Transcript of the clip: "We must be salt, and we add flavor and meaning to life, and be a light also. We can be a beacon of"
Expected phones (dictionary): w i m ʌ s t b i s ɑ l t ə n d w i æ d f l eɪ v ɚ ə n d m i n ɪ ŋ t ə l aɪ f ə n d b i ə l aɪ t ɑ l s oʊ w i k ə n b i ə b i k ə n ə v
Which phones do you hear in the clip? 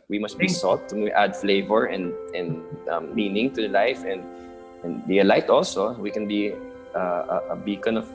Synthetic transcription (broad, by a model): w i m ʌ s t b i s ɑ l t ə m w æ d f l eɪ v ɚ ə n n m i n ɪ ŋ t ə l aɪ f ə n d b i ə l aɪ t ɑ l s oʊ w i k ə n b i ə b i k ə n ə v